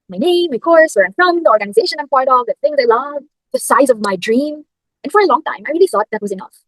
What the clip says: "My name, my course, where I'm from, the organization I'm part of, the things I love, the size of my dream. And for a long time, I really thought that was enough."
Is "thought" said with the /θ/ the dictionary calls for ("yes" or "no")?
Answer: no